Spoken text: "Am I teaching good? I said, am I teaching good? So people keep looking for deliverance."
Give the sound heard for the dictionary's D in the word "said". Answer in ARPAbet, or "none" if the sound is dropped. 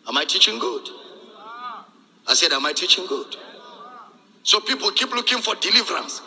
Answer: D